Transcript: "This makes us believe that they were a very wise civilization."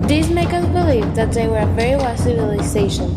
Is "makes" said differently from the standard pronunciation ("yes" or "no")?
yes